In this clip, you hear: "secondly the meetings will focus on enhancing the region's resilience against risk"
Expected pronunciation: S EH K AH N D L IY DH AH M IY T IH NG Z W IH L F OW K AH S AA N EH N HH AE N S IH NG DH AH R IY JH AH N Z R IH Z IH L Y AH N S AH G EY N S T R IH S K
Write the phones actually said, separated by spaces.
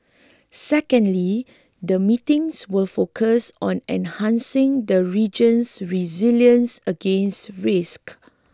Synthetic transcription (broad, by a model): S EH K AH N D L IY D AH M IY T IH NG S W IH L F OW K AH S AA N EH N HH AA N S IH NG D AH R IY JH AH N S R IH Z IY L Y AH N S AH G EY N S T R IH S K